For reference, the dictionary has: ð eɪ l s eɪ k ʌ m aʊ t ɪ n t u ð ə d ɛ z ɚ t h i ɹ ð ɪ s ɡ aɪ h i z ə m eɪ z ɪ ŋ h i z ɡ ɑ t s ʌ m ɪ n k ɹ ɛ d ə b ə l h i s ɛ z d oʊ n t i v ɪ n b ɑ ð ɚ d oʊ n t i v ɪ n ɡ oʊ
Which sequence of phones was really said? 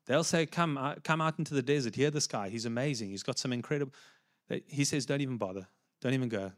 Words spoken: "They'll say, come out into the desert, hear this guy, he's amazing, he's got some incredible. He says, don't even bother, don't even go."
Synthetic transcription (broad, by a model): ð eɪ l s eɪ k ʌ m aʊ t ɪ n t u ð ə d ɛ z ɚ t h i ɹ ð ɪ s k aɪ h i z ə m eɪ z ɪ ŋ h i z ɡ ɑ t s ʌ m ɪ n k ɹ ɛ d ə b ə h i s ɛ z d oʊ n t i v ɪ n b ɑ ð ɚ d oʊ n t i v ɪ n ɡ oʊ